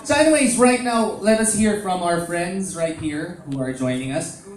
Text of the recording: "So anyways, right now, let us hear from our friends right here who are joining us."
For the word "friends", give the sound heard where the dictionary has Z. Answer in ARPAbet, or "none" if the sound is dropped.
Z